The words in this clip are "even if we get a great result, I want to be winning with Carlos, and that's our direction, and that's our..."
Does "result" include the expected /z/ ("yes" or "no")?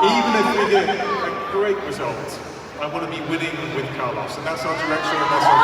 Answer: yes